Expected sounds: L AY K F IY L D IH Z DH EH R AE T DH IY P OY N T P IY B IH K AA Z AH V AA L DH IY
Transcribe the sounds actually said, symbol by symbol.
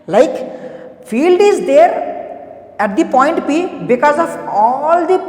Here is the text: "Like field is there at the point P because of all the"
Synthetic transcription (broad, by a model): L AY K F IY L D IH Z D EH R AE T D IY P OY N T P IY B IH K AA Z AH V AA L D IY